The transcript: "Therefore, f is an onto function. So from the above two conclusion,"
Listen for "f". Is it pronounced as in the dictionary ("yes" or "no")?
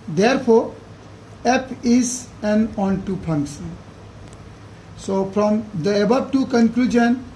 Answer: no